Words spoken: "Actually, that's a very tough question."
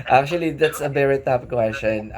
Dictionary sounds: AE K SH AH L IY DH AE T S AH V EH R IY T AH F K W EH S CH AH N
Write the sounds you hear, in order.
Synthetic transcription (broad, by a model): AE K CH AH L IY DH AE T S AH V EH R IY T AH P K W EH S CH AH N